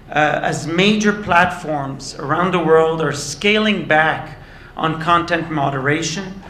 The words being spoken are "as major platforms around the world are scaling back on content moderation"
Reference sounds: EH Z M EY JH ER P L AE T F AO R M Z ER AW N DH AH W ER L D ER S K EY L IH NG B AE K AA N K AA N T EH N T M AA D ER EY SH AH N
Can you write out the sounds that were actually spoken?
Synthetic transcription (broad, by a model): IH Z M EY JH ER P L AE T F AO R M Z ER AW N DH AH W ER L D ER S K EY L IH NG B AE K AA N K AA N T EH N T M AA D ER EY SH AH N